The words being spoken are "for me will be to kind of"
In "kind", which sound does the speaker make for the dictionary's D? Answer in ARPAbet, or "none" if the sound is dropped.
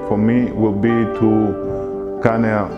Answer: none